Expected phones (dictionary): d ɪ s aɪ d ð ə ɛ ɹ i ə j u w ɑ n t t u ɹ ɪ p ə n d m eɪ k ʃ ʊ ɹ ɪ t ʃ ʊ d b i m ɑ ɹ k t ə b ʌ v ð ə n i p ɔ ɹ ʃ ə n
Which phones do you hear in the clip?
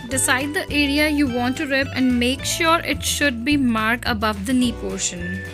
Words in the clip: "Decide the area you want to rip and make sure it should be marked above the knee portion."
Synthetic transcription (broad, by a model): d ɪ s aɪ d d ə ɛ ɹ i ə j u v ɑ n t t u ɹ ɪ p ə n d m eɪ k ʃ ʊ ɹ ɪ t ʃ ʊ d b i m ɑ ɹ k ə b ʌ v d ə n i p ɔ ɹ ʃ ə n